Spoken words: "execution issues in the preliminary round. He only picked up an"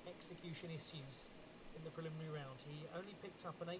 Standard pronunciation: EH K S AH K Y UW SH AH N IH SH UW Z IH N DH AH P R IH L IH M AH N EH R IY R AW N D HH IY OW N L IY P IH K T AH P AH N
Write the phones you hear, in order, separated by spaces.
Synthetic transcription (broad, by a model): EH K S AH K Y UW SH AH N IH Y UW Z IH N DH AH P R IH L IH M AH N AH R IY R AW N D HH IY OW N L IY P IH K T AH P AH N